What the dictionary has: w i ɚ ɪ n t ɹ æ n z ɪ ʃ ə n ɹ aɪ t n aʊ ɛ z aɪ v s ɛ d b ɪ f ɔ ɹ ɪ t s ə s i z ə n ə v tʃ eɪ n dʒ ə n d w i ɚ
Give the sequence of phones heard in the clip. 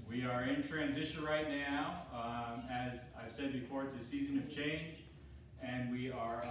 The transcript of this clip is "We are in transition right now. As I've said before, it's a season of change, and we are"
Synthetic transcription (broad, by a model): w i ɚ ɪ n t ɹ æ n z ɪ ʃ ə n ɹ aɪ t n aʊ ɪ z aɪ v s ɛ d b ɪ f ɔ ɹ ɪ t s ə s i z ə n ə v tʃ eɪ n dʒ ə n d w i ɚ